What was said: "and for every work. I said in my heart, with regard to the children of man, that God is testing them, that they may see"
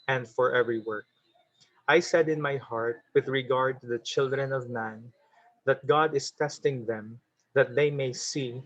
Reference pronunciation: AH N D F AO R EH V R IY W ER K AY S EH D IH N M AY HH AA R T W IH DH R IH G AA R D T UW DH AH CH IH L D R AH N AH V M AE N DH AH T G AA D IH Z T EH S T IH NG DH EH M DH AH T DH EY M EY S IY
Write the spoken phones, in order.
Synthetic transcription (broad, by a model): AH N D F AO R EH V R IY W ER K AY S EH D IH N M AY HH AA R T W IH DH R IH G AA R D T UW DH AH CH IH L D R AH N AH V M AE N DH AH T G AA D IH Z T EH S T IH NG DH EH M DH AH T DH EY M EY S IY